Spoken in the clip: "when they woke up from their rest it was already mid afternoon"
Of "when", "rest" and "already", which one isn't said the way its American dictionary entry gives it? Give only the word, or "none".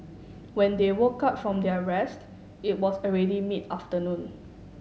none